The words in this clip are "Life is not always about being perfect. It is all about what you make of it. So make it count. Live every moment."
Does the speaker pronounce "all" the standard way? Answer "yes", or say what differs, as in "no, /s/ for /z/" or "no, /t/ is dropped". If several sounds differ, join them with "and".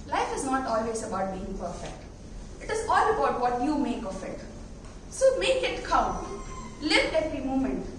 yes